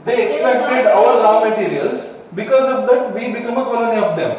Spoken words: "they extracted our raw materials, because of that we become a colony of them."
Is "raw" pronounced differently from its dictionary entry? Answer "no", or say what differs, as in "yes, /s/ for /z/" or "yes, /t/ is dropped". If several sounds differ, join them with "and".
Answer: yes, /l/ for /ɹ/